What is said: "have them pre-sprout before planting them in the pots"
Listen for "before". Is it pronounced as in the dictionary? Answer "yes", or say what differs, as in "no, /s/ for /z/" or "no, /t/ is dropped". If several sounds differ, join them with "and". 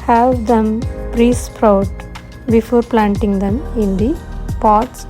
yes